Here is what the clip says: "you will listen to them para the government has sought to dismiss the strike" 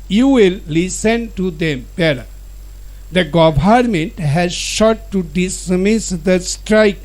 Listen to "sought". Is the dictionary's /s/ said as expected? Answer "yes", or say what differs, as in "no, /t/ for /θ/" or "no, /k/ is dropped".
no, /ʃ/ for /s/